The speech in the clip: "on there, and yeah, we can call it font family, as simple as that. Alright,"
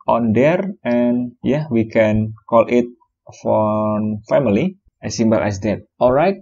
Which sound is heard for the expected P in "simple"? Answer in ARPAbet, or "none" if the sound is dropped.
B